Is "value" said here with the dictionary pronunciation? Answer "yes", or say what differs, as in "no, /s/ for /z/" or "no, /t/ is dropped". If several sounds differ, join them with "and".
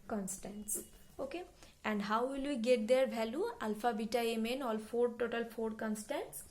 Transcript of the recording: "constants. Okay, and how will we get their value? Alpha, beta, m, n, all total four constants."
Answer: no, /b/ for /v/